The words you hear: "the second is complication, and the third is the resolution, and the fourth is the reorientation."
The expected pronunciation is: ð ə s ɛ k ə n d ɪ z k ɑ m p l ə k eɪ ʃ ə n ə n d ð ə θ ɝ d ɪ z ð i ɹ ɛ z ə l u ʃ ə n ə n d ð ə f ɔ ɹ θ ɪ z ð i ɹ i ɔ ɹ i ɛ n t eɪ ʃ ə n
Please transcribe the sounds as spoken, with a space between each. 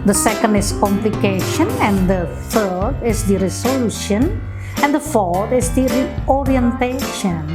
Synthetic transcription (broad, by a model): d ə s ɛ k ə n d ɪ s k ɑ m p l ə k eɪ ʃ ə n ə n d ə f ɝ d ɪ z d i ɹ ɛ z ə l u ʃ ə n ə n d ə f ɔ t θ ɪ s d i ɹ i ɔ ɹ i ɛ n t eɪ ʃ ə n